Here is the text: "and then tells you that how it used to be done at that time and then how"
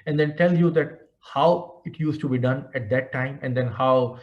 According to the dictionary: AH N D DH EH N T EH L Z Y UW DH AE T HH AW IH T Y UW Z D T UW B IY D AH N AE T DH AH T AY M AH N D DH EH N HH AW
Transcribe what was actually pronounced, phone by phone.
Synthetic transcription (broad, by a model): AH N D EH N T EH L Y UW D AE T HH AW IH T Y UW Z T UW B IY D AH N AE T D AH T AY M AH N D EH N HH AW